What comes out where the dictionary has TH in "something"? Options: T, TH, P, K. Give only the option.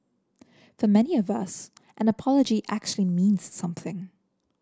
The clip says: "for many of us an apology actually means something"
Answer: TH